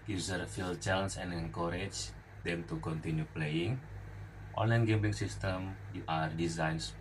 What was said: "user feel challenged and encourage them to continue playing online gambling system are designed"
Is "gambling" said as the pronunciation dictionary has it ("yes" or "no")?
no